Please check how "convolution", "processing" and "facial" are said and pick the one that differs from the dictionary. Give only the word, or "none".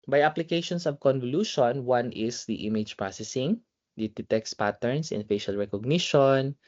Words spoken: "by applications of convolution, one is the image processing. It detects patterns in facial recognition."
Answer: none